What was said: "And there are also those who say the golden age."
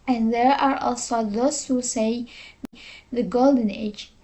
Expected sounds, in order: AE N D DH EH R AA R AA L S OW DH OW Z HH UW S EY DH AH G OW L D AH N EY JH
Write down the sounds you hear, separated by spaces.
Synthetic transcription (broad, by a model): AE N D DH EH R AA R AA L S OW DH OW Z HH UW S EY DH AH G OW L D AH N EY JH